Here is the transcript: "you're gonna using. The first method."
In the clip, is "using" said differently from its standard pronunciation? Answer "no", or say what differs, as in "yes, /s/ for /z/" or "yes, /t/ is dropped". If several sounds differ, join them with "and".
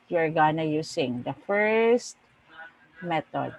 yes, /s/ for /z/